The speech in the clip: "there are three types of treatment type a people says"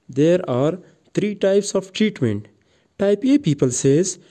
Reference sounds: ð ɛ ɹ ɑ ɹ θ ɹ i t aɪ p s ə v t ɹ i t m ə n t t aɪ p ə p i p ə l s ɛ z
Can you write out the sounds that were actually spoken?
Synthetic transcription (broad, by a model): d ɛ ɹ ɑ ɹ t ɹ i t aɪ p s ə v t ɹ i t m ə n t t aɪ p ə p i p ə l s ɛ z